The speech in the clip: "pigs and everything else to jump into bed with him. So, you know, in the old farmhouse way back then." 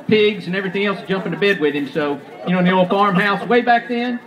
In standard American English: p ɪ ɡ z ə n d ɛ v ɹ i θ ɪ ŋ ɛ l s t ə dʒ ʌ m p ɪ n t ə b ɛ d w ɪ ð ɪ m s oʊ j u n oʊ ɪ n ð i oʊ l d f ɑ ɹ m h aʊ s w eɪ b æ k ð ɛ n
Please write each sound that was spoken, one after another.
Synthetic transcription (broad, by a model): p ɪ ɡ z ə n ɛ v ɹ i θ ɪ ŋ ɛ l s dʒ ʌ m p ɪ n t ə b ɛ d w ɪ ð ɪ m s oʊ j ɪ n oʊ ɪ n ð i oʊ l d f ɑ ɹ m h aʊ s w eɪ b æ k ð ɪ n